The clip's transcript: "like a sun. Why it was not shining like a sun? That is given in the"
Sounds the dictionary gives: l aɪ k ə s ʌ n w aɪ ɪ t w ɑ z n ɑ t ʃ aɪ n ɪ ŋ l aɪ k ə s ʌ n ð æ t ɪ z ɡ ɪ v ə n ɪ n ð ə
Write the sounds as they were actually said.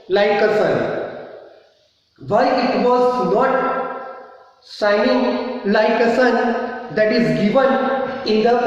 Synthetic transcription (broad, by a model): l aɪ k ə s ʌ n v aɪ ɪ t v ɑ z n ɑ t s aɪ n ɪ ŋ l aɪ k ə s ʌ n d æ t ɪ z ɡ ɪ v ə n ɪ n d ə